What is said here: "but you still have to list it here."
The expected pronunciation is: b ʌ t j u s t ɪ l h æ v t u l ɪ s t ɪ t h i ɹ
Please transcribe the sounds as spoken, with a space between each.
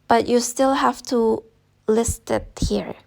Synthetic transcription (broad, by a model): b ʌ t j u s t ɪ l h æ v t u l ɪ s t ɪ t h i ɹ